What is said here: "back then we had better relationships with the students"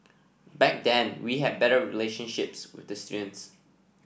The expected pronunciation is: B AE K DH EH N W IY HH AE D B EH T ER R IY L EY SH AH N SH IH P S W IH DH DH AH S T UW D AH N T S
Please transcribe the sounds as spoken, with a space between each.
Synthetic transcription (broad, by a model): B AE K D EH N W IY HH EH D B EH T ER R IY L EY SH AH N SH IH P S W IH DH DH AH S T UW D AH N T S